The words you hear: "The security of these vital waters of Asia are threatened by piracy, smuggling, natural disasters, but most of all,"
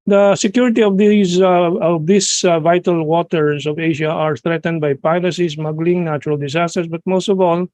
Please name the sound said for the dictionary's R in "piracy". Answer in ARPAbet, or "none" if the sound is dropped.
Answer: L